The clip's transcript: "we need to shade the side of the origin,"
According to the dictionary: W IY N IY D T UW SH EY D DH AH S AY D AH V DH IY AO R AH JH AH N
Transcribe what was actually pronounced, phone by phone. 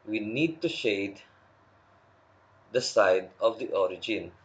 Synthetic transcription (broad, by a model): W IY N IY D T UW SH EY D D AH S AY D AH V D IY AO R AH JH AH N